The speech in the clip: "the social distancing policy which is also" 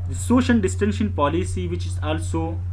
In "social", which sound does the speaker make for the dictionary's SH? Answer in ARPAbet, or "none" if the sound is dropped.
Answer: SH